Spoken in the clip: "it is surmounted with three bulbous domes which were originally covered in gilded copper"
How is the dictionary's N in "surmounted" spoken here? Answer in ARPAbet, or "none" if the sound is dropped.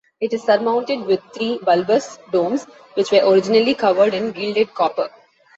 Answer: N